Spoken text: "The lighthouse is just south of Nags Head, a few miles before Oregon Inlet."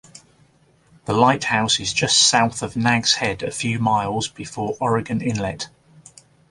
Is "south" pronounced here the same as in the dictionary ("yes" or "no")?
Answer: yes